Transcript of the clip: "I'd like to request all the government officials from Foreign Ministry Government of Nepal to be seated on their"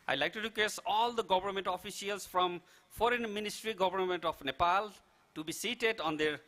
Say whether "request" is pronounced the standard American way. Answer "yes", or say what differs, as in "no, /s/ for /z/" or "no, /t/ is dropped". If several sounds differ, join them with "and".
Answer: no, /t/ is dropped